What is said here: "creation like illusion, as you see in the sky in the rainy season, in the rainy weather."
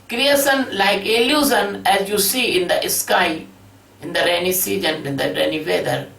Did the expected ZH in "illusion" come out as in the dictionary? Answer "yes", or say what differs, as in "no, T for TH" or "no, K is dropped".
no, Z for ZH